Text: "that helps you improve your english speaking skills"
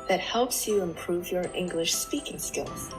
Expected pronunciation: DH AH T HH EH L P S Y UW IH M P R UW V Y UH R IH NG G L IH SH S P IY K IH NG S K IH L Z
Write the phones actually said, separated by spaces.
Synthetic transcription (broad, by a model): DH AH T HH EH L P S Y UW IH M P R UW V Y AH R IH NG G L IH SH S P IY K IH NG S K IH L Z